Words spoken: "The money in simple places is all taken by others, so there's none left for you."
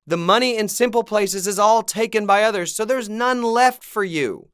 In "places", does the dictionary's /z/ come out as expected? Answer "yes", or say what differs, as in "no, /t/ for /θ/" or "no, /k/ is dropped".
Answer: yes